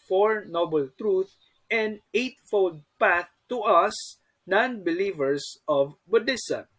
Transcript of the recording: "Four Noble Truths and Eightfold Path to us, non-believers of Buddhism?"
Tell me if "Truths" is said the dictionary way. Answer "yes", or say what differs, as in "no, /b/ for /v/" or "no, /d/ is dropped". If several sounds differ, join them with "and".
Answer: no, /s/ is dropped